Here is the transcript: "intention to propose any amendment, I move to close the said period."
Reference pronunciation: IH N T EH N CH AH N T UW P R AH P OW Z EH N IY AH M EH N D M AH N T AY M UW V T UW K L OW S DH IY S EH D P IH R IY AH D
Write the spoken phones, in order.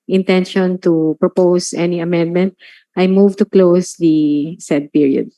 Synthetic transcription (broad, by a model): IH N T EH N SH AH N T UW P R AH P OW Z EH N IY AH M EH N D M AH N T AY M UW V T UW K L OW S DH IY S EH D P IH R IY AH D